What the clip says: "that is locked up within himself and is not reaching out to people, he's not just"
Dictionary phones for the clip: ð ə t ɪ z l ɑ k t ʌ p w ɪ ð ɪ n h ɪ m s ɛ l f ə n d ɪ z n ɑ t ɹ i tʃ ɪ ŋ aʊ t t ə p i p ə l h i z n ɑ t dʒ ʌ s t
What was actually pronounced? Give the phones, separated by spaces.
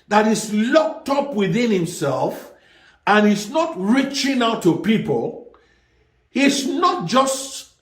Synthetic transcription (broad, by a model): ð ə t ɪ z l ɑ k t ʌ p w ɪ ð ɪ n h ɪ m s ɛ l f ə n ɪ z n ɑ t ɹ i tʃ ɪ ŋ aʊ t t ə p i p ə l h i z n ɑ t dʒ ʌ s t